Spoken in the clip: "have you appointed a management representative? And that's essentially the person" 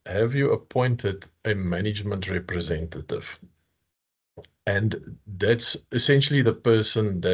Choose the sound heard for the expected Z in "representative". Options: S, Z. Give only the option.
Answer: Z